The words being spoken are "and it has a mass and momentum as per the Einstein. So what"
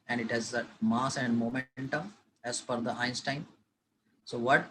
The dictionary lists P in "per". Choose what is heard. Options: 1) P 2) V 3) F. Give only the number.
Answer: 3